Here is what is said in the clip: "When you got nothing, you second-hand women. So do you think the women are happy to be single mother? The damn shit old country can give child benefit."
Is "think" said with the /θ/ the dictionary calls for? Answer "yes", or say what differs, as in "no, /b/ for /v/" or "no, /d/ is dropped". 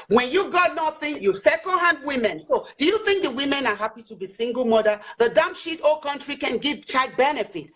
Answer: yes